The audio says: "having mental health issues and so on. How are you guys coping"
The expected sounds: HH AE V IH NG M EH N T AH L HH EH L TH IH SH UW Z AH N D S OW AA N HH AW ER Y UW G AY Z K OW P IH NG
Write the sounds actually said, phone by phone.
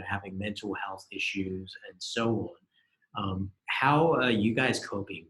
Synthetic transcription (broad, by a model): HH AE V IH NG M EH N T L HH EH L TH IH SH UW Z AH N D S OW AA N HH AW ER Y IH G AY Z K OW P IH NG